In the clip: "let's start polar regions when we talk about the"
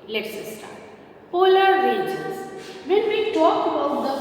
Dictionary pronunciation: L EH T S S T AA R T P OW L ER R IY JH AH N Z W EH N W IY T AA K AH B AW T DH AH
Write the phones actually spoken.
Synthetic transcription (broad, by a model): L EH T S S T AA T P OW L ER R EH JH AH Z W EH N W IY T AA K AH B AW T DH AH